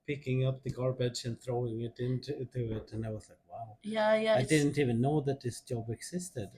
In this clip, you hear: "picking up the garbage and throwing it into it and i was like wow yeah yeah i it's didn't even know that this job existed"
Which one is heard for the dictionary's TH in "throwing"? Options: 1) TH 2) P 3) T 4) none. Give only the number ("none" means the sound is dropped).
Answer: 1